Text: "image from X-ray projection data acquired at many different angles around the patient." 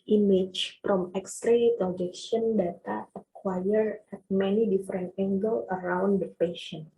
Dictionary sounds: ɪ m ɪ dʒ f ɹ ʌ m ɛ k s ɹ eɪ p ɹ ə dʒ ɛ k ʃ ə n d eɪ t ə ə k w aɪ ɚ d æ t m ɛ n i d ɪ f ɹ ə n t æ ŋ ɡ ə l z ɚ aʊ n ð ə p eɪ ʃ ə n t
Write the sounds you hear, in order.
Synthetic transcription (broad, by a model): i m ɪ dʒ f ɹ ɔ m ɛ k s ɹ eɪ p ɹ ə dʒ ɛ k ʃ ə n d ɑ t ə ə k w aɪ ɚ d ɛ t m ɛ n i d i f ɹ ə n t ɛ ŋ ɡ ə l ɚ aʊ n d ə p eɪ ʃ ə n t